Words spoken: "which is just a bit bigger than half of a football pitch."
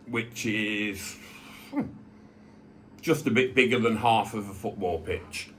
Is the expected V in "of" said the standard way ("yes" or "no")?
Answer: yes